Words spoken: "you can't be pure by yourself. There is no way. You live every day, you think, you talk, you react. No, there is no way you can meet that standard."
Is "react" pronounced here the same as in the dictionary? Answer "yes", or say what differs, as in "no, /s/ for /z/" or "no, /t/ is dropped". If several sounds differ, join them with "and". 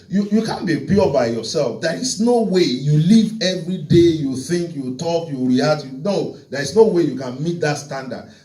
no, /k/ is dropped